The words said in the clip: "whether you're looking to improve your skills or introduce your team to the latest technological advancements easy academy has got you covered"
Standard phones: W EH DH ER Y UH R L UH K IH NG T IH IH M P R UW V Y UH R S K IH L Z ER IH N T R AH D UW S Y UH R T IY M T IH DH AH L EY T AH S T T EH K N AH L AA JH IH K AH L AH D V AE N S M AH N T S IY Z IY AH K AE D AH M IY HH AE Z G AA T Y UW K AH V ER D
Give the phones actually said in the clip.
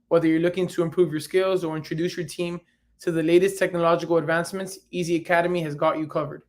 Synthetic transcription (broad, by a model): W EH DH ER Y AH R L UH K IH NG T IH IH M P R UW V Y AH R S K IH L Z ER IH N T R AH D UW S Y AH R T IY M T IH DH AH L EY T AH S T T EH K N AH L AA JH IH K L AH D V AE N S M AH N T S IY Z IY AH K AE D AH M IY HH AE Z G AA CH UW K AH V ER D